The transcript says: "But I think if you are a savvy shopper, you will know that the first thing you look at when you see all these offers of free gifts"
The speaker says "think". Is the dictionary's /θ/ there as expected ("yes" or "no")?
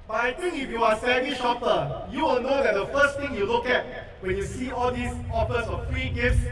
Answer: no